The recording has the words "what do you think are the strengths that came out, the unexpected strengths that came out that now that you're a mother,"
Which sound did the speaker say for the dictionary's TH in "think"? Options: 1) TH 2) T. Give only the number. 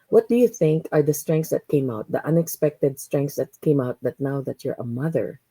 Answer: 1